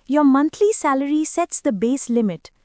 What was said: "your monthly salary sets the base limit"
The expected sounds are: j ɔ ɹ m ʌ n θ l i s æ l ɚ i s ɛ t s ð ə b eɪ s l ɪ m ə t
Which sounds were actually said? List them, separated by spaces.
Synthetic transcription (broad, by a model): j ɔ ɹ m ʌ n t l i s æ l ɚ i s ɛ t s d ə b eɪ s l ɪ m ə t